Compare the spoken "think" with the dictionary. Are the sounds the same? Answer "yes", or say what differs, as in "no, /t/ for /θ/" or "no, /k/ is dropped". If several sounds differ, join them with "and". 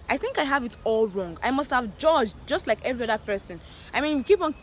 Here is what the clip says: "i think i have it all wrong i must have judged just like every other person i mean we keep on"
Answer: yes